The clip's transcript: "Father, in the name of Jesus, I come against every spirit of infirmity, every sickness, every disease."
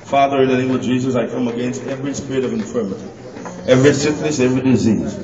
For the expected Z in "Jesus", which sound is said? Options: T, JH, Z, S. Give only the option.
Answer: Z